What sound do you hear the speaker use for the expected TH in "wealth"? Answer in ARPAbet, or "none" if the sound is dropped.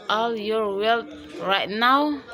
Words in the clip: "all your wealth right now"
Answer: T